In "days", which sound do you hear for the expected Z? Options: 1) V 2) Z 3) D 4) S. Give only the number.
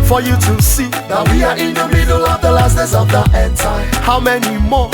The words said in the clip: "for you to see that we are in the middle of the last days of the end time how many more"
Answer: 4